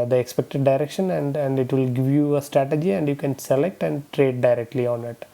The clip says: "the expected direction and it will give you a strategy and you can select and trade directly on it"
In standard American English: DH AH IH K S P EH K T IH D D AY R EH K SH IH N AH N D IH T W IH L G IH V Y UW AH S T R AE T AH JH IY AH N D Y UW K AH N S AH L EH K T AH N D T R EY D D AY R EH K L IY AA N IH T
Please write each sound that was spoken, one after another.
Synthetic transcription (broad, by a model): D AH IH K S P EH K T IH D D AY R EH K SH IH N AH N D IH T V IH L G IH V Y UW AH S T R AE T AH JH IY AH N D Y UW K AH N S AH L EH K T AH N D T R EY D D AY R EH K L IY AA N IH T